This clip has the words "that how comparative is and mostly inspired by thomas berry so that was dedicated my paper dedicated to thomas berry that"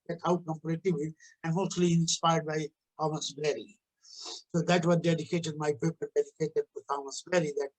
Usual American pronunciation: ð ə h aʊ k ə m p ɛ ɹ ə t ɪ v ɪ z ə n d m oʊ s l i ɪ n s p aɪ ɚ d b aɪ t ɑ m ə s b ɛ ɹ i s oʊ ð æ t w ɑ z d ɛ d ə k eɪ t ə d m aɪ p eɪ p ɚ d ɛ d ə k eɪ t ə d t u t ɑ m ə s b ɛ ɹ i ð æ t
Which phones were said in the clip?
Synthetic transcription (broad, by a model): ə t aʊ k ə m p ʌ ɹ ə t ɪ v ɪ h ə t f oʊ l i ɪ n s p aɪ ɚ d b aɪ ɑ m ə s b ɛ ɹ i s oʊ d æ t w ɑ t d ɛ d ə k eɪ t ə d m aɪ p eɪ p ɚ d ɛ d ə k eɪ t ə d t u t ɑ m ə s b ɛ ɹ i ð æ t